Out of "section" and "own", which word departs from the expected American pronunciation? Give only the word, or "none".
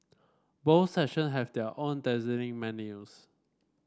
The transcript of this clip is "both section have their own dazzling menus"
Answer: section